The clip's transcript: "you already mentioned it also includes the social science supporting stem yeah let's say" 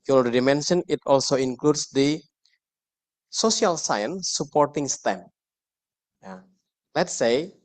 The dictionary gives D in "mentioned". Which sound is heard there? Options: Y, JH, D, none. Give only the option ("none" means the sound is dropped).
none